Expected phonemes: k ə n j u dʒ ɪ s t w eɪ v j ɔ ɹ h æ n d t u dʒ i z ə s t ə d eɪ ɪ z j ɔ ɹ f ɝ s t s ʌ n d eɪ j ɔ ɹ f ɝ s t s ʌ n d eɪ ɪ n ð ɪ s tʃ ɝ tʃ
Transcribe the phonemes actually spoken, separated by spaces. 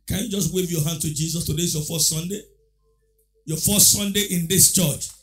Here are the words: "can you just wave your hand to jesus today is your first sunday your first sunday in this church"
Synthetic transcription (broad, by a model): k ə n j u dʒ ɪ s t w eɪ v j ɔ h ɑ n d t u dʒ i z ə s t ə d eɪ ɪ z j ɔ f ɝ s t s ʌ n d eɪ j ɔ f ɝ s t s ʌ n d eɪ ɪ n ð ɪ s tʃ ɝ tʃ